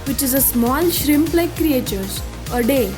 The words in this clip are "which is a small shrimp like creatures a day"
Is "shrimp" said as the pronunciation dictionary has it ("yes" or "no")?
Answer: yes